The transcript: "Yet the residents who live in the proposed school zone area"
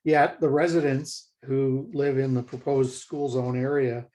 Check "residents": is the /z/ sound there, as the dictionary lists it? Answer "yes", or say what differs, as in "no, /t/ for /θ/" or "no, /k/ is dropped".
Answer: yes